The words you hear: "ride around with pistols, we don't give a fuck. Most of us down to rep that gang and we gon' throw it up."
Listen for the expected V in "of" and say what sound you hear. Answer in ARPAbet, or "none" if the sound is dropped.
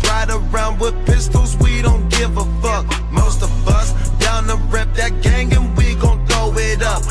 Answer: V